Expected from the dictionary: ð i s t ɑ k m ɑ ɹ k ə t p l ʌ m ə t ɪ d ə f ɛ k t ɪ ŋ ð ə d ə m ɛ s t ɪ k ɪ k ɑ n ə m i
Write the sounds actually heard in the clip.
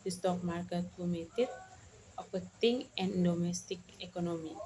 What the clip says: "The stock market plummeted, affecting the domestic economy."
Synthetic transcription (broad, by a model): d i s t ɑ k m ɑ ɹ k ə t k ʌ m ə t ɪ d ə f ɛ t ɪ ŋ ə d ə m ɛ s t ɪ k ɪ k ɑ n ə m i